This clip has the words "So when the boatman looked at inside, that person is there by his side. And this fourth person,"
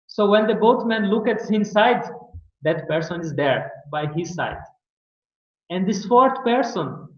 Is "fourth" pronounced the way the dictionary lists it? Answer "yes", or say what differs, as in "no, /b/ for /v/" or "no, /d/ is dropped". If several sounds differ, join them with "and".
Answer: no, /t/ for /θ/